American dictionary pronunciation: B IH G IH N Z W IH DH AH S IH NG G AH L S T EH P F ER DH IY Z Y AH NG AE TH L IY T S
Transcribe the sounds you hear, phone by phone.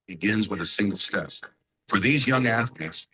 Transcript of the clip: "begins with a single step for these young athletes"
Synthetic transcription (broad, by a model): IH G IH N Z W IH DH AH S IH NG G L S T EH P F ER DH IY Z Y AH NG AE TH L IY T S